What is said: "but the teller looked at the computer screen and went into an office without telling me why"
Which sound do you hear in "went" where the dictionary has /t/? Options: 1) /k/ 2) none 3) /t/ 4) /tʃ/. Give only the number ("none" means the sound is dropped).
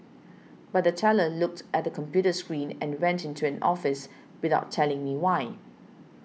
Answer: 3